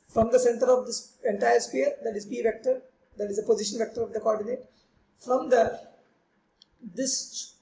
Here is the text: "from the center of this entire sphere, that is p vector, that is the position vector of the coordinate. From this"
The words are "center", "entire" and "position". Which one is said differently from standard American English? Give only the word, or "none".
none